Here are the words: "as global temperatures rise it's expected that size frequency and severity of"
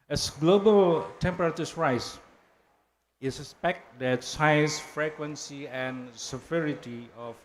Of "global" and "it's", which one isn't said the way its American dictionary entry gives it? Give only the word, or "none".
none